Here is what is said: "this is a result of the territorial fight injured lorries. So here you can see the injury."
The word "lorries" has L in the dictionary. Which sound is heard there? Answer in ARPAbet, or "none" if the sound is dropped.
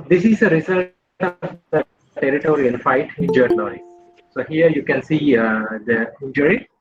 N